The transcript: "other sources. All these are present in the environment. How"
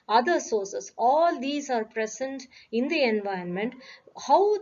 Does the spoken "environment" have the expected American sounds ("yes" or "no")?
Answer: no